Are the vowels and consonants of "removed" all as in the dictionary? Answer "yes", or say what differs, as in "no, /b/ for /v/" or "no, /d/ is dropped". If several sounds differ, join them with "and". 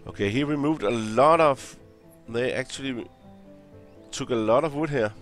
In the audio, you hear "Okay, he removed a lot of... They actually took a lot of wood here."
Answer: no, /w/ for /ɹ/